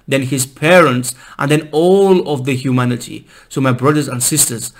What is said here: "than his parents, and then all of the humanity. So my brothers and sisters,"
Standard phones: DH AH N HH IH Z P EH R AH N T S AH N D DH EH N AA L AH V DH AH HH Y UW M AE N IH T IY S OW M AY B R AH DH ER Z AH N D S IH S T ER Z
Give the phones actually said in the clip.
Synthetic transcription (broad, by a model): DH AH N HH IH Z P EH R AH N T S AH N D DH EH N AA L AH V DH AH HH Y UW M AE N IH T IY S OW M AY B R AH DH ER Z AH N D S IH S T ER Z